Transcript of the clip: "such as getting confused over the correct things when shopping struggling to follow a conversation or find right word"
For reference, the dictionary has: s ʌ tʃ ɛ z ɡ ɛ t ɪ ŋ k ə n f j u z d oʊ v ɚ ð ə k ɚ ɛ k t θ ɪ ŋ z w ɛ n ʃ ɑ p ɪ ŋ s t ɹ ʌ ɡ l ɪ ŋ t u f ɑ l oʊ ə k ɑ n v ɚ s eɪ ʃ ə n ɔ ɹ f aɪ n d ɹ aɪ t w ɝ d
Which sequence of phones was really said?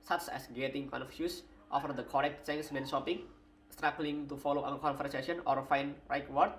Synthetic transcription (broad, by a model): s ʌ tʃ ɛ s ɡ ɛ t ɪ ŋ k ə n f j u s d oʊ f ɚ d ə k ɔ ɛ k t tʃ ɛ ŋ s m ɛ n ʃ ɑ p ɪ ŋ s t ɹ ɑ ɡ l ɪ ŋ t u f ɑ l oʊ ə k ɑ n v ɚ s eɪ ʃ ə n ɔ ɹ f aɪ n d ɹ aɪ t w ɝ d